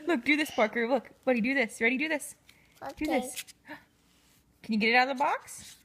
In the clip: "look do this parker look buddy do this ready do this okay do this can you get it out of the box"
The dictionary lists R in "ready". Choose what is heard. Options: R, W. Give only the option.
W